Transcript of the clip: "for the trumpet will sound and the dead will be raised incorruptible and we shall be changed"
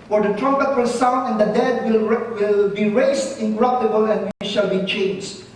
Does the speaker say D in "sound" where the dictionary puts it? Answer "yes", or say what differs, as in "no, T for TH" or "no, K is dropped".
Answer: no, D is dropped